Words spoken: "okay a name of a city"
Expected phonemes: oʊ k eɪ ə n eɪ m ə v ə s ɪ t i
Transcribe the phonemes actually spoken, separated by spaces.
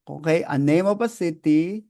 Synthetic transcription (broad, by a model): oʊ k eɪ ə n eɪ m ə p ə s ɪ t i